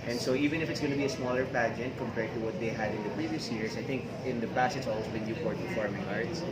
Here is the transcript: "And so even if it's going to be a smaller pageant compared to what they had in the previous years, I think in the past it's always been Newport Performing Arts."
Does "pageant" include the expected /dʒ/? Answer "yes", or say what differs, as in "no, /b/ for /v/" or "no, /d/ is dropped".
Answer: yes